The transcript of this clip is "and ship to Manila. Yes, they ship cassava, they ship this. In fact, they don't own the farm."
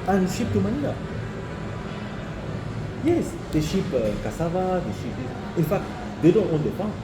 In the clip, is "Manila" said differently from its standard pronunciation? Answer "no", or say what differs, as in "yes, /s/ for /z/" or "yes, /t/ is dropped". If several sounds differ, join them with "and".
yes, /n/ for /l/